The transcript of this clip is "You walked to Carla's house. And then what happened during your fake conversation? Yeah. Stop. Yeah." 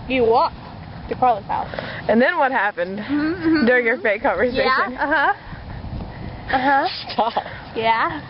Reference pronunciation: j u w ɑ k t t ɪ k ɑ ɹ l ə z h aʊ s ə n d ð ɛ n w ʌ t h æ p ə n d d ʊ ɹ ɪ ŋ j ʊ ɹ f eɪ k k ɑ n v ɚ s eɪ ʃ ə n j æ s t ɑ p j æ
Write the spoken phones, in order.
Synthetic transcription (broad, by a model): j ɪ w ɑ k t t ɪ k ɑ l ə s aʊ ə n ð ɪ n w ʌ t h æ p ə n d d ʊ ɹ ɪ ŋ j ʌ ɹ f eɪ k k ɑ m v ɚ s eɪ ʃ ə n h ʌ s t ɑ p j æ